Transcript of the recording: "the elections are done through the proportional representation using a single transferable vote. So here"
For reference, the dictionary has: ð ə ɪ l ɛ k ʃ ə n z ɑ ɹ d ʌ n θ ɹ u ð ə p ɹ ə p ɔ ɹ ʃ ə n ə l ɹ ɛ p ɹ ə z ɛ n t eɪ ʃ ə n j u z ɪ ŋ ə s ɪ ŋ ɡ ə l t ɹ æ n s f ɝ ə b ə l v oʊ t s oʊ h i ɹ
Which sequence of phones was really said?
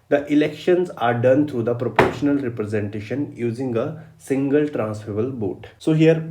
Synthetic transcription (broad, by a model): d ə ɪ l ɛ k ʃ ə n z ɑ ɹ d ʌ n t ɹ u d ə p ɹ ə p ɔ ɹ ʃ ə n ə l ɹ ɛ p ɹ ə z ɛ n t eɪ ʃ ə n j u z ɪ ŋ ə s ɪ ŋ ɡ ə l t ɹ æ n s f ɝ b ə l b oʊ t s oʊ h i ɹ